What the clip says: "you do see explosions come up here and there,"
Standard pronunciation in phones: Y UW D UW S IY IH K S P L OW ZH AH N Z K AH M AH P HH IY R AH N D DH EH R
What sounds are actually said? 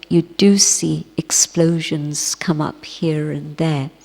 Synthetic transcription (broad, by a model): Y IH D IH S IY IH K S P L OW ZH AH N Z K AH M AH P HH IY R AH N DH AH R